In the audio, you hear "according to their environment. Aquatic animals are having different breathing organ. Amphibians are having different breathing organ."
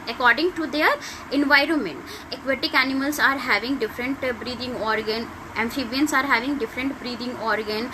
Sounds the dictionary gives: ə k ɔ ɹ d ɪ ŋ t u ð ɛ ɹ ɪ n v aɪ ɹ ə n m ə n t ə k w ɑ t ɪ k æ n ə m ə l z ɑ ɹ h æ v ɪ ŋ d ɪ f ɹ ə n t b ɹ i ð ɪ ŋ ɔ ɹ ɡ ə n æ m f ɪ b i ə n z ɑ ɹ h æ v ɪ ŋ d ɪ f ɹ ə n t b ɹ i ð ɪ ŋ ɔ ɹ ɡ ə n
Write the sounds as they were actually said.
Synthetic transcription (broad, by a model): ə k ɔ ɹ d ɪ ŋ t u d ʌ ɹ ɪ n v aɪ ɹ ə n m ə n t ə k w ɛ t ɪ k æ n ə m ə l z ɑ ɹ h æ v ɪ ŋ d ɪ f ɹ ə n t b ɹ i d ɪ ŋ ɔ ɹ ɡ ə n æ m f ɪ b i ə n s ɑ ɹ h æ v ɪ ŋ d ɪ f ɹ ə n t b ɹ i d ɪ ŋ ɔ ɹ ɡ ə n